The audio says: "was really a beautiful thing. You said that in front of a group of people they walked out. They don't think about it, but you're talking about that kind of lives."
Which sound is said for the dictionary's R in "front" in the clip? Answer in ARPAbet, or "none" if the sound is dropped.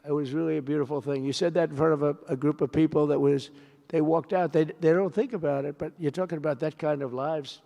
none